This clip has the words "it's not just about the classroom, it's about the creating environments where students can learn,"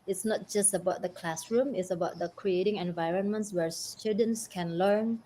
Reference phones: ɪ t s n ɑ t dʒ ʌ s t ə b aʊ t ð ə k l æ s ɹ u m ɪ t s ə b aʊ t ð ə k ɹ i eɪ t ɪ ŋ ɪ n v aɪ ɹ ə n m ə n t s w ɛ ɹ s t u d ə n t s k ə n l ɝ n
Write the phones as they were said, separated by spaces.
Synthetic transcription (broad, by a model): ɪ t s n ɑ t dʒ ʌ s t ə b aʊ t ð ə k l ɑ s ɹ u m ɪ t s ə b aʊ t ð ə k ɹ i eɪ t ɪ ŋ ɪ n v aɪ ɹ ə n m ə n t s w ɛ ɹ s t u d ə n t s k ə n l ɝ n